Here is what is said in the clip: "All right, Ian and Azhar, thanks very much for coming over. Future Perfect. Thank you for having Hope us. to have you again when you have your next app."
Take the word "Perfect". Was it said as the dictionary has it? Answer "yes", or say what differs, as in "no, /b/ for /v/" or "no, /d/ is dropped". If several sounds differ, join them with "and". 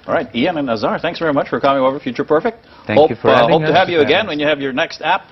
yes